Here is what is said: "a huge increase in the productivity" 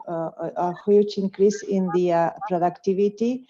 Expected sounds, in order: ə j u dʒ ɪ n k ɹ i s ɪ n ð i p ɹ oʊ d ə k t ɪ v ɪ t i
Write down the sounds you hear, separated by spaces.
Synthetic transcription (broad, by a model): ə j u tʃ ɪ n k ɹ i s ɪ n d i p ɹ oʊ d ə k t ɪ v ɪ t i